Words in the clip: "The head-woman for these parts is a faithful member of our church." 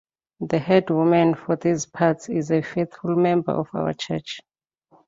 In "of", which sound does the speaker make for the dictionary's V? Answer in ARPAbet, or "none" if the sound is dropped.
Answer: F